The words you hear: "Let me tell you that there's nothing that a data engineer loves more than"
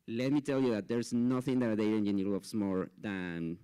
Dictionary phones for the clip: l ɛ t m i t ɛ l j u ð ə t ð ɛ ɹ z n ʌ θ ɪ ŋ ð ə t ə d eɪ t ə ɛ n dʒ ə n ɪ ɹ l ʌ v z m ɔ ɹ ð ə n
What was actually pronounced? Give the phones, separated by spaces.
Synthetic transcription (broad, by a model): l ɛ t m i t ɛ l j u ð ə t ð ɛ ɹ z n ʌ θ ɪ ŋ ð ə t ə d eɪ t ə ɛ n ə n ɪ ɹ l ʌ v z m ɔ ɹ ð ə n